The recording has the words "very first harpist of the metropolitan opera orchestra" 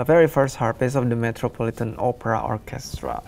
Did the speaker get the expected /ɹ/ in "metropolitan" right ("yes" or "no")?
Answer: yes